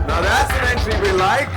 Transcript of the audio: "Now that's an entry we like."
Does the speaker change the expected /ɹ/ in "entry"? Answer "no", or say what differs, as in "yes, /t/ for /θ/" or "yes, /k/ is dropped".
yes, /l/ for /ɹ/